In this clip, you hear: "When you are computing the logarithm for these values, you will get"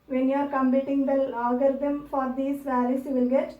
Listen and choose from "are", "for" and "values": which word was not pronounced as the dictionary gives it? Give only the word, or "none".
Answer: values